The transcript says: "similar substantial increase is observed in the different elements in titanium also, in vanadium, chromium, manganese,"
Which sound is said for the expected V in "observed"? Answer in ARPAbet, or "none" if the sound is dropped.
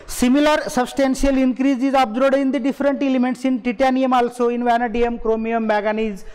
none